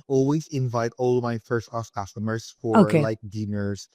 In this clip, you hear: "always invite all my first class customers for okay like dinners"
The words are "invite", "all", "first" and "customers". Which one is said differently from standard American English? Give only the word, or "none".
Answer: customers